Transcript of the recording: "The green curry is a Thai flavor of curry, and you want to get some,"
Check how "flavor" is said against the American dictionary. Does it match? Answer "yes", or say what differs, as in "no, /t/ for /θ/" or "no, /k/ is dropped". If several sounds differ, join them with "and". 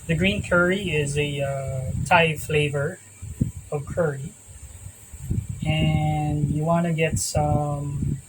yes